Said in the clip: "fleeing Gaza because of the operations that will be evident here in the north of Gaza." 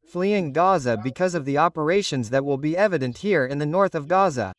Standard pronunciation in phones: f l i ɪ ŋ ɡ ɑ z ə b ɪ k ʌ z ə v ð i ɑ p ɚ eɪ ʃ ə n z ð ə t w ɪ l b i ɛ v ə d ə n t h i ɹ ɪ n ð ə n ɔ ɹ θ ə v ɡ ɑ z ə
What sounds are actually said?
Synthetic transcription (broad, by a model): f l i ɪ ŋ ɡ ɑ z ə b ɪ k ʌ z ə v ð i ɑ p ɚ eɪ ʃ ə n z ð ə t w ɪ l b i ɛ v ə d ə n t h i ɹ ɪ n ð ə n ɔ ɹ θ ə v ɡ ɑ z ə